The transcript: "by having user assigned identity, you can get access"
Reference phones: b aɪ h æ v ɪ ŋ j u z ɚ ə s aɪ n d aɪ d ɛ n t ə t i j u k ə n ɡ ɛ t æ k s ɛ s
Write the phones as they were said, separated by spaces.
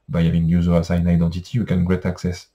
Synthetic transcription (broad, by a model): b aɪ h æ v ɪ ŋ j u z ɚ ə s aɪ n aɪ d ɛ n t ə t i j u k ə n ɡ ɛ t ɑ k s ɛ s